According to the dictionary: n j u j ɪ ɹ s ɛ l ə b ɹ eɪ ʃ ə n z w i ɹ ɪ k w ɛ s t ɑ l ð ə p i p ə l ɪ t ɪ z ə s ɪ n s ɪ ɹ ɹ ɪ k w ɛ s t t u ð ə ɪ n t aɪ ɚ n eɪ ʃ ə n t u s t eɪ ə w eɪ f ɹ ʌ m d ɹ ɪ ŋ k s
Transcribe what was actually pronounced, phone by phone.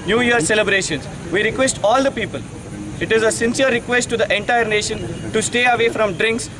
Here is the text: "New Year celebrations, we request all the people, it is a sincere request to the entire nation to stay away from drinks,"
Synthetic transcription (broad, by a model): n j u j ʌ ɹ s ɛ l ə b ɹ eɪ ʃ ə n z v i ɹ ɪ k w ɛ s t ɑ l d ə p i p ə l ɪ t ɪ z ə s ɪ n s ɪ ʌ ɹ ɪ k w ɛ s t t u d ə ɪ n t aɪ ɚ n eɪ ʃ ə n t u s t eɪ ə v eɪ f ɹ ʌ m d ɹ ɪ ŋ k s